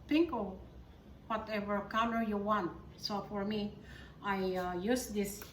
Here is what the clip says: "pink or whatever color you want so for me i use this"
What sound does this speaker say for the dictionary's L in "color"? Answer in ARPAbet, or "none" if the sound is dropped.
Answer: N